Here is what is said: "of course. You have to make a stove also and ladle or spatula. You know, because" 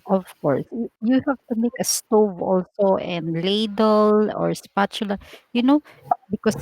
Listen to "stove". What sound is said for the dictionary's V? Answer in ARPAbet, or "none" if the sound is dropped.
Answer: V